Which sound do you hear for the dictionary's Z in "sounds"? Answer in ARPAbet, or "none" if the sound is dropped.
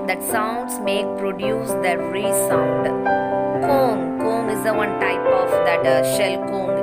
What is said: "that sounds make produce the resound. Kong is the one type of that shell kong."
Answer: S